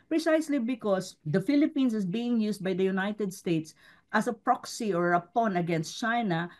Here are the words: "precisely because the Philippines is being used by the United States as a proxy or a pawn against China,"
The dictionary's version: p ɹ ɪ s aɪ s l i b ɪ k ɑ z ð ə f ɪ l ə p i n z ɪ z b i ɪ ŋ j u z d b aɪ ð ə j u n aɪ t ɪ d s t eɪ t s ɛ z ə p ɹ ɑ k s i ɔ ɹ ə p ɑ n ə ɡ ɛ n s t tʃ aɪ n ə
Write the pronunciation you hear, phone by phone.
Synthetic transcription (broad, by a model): p ɹ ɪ s aɪ s l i b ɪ k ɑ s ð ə f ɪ l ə p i n s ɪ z b i ɪ ŋ j u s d b aɪ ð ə j u n aɪ t ɪ d s t eɪ t s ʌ s ə p ɹ ɑ k s i ɔ ɹ ə p ɑ n ə ɡ ɛ n s t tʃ aɪ n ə